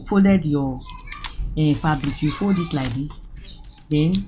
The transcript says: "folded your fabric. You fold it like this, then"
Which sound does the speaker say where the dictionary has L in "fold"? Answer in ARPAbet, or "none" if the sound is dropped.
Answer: none